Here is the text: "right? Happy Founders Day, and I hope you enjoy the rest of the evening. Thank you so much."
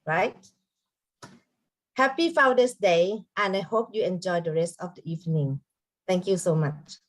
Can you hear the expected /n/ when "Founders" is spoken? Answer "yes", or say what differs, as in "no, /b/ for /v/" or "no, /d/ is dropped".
no, /n/ is dropped